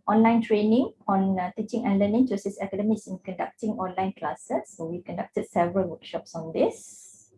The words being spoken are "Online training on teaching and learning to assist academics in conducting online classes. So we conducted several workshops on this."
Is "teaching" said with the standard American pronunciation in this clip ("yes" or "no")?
yes